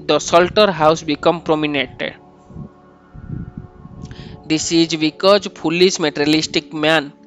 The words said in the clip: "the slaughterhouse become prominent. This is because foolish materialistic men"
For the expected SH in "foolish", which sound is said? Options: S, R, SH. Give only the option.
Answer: S